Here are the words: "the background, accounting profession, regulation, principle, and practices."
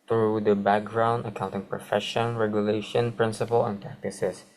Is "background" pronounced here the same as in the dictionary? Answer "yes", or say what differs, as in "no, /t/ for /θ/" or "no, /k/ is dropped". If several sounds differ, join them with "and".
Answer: yes